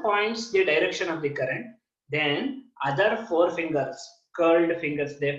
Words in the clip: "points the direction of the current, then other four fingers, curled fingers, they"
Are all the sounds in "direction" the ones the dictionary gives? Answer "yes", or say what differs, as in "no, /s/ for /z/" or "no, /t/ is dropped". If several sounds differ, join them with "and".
yes